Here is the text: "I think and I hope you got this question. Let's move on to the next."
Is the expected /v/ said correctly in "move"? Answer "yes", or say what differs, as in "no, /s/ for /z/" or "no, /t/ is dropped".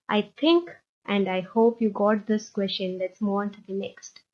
no, /v/ is dropped